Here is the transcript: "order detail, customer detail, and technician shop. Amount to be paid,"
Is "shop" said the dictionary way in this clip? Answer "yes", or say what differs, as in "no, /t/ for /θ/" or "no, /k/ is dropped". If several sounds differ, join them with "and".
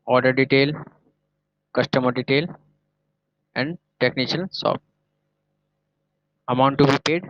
no, /s/ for /ʃ/